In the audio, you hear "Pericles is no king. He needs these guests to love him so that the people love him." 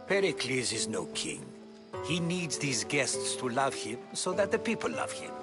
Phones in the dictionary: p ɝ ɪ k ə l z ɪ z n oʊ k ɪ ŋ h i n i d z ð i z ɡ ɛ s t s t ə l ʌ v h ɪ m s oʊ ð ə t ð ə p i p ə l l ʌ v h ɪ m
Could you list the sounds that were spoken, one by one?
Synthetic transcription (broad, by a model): p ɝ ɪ k l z ɪ z n oʊ k ɪ ŋ h i n i d z ð i z ɡ ɛ s t s t ə l ʌ v h ɪ m s oʊ ð ə t ð ə p i p ə l l ʌ v h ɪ m